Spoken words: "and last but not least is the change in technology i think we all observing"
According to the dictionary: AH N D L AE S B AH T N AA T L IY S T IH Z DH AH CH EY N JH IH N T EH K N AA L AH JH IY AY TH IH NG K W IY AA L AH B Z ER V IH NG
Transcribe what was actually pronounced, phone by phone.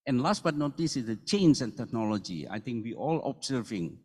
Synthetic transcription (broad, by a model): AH N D L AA S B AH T N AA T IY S IH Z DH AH CH EY N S IH N T EH K N AA L AH JH IY AY T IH NG K W IY AA L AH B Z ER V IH NG